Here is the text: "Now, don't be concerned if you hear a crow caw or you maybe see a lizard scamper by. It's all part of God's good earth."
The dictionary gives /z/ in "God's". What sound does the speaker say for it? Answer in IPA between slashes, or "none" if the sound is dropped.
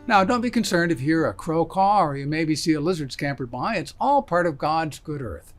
/z/